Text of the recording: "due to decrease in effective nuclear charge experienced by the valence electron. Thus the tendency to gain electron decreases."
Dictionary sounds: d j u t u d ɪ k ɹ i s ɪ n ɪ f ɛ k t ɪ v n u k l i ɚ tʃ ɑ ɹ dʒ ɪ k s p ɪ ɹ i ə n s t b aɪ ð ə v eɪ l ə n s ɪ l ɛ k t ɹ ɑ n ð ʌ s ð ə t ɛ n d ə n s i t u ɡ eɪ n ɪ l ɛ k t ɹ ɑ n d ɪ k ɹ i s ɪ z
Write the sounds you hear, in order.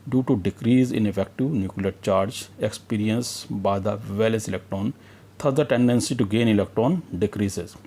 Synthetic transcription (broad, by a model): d j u t u d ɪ k ɹ i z ɪ n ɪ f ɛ k t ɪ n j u k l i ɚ tʃ ɑ ɹ dʒ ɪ k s p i ɹ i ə n s b aɪ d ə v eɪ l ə s ɪ l ɛ k t ɹ ɑ n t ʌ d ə t ɛ n d ə n s i t u ɡ eɪ n ɪ l ɛ k t ɹ ɑ n d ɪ k ɹ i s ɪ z